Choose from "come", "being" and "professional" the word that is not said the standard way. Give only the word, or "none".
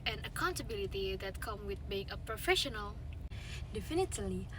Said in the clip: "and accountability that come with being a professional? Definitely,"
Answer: none